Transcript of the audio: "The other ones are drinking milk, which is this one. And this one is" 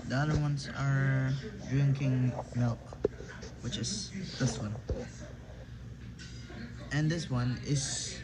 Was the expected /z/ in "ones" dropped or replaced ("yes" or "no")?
yes